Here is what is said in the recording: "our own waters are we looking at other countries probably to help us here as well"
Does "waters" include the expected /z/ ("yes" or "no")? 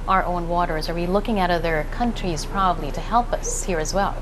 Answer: yes